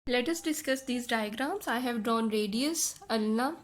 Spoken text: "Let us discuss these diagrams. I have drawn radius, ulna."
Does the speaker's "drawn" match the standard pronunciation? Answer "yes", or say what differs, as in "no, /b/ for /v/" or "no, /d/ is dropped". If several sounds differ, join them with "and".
yes